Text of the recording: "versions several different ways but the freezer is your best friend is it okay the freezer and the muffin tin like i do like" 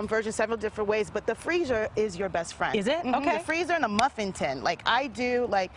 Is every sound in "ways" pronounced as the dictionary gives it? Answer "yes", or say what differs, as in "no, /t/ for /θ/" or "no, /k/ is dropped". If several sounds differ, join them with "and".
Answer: yes